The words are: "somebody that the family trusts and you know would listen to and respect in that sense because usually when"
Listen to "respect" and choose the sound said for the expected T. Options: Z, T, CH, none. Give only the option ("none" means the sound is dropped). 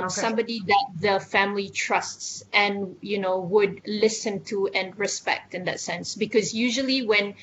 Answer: T